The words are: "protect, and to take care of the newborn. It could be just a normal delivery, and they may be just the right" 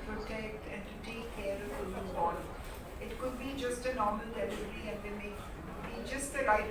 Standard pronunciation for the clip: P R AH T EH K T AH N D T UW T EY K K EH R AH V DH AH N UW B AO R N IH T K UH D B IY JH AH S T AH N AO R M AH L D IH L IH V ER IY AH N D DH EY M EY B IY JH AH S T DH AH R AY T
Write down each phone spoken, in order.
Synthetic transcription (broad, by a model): P R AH T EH K T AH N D T UW T EY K K EH R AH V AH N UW AO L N IH T K UH D B IY JH AH S T AH N AO R M AH L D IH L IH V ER IY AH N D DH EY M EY B IY JH AH S T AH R AY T